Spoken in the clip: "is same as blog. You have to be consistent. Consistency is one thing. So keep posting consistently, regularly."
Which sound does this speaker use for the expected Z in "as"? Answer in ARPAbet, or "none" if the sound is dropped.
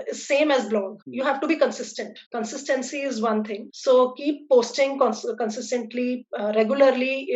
Z